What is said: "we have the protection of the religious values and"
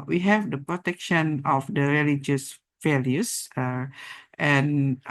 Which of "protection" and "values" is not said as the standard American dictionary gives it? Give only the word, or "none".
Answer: values